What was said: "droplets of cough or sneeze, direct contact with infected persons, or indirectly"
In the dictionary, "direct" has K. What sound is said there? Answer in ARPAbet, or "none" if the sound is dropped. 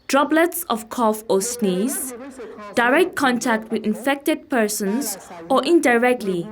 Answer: K